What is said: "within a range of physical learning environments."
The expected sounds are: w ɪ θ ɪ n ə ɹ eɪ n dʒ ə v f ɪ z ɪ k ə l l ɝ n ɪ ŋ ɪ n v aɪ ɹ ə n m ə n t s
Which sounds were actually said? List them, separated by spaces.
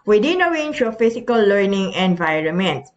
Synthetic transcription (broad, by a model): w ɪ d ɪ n ə w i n ʃ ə f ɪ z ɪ k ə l l ɝ n ɪ ŋ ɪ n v aɪ ɹ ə n m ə n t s